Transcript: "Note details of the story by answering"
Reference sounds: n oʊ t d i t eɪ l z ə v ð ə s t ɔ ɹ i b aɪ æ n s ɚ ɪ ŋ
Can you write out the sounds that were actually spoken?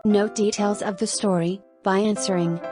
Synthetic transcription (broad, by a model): n oʊ d i t eɪ l z ə v ð ə s t ɔ ɹ i b aɪ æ n s ɚ ɪ ŋ